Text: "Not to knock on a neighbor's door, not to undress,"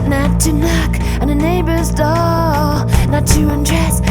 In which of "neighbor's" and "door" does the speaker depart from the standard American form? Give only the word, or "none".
door